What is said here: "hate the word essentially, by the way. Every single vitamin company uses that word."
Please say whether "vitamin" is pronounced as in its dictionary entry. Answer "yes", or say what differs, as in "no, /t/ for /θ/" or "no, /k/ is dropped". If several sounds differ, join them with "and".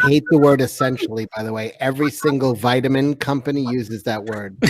yes